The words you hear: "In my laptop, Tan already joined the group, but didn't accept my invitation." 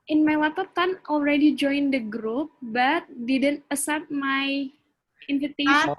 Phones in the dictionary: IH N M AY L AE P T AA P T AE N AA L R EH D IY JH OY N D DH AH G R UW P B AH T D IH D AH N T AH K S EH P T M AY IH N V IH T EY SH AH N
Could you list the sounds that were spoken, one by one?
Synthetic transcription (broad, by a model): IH N M AY W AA T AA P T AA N AA L R EH D IY JH OY N D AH G R UW P B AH T D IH D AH N T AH S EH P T M AY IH N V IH T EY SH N